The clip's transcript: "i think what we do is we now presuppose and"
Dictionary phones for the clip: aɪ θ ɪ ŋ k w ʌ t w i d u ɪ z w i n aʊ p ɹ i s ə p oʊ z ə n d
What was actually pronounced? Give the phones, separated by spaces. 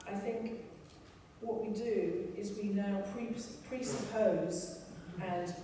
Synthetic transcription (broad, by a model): aɪ θ ɪ ŋ k w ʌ t w i d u ɪ z w i n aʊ p ɹ i s ə p oʊ z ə n